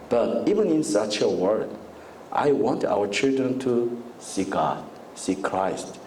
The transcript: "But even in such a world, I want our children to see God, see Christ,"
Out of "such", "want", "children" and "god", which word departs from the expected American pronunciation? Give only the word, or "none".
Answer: none